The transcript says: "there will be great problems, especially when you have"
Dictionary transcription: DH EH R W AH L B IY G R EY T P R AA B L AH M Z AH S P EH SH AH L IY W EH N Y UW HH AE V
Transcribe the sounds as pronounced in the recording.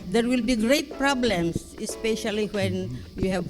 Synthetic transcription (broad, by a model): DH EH R W AH L B IY G R EY T P R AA B L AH M S AH S P EH SH AH L IY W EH N Y UW HH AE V